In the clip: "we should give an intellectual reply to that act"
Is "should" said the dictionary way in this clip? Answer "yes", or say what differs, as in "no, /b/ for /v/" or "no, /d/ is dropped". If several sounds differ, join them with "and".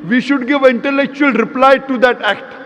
yes